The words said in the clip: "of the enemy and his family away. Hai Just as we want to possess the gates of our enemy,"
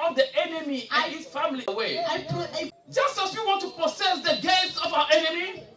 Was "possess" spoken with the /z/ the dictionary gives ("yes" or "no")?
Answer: no